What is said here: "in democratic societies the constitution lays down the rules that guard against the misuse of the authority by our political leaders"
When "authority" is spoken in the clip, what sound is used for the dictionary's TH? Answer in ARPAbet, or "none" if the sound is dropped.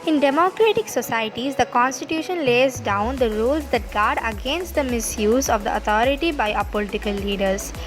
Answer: T